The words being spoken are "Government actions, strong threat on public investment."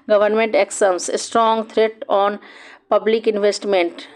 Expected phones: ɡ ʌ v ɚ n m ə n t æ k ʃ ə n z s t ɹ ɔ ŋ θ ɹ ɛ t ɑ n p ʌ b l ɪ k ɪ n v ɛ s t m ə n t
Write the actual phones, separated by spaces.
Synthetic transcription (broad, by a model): ɡ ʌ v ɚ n m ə n t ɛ k s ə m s s t ɹ ɔ ŋ t ɹ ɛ t ɑ n p ʌ b l ɪ k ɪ n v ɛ s t m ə n t